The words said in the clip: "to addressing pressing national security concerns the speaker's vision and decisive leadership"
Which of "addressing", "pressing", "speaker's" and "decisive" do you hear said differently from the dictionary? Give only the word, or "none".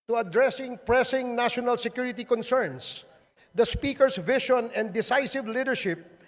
speaker's